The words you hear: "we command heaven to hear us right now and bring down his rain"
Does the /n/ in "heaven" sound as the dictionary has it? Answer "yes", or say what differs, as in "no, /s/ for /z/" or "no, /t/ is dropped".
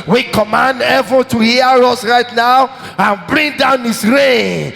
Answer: no, /l/ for /n/